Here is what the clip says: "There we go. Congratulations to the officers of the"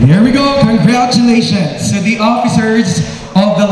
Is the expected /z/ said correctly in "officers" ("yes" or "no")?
yes